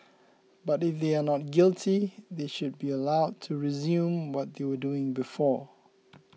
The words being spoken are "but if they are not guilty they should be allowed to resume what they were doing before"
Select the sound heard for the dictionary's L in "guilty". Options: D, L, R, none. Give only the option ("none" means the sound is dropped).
L